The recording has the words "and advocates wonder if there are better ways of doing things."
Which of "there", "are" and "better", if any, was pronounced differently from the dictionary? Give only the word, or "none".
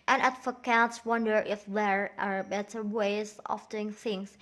none